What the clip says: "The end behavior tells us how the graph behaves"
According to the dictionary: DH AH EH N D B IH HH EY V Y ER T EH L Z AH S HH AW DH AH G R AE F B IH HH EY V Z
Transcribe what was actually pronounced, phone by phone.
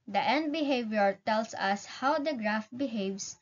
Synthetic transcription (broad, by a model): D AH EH N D B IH HH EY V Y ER T EH L S AH S HH AW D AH G R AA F B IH HH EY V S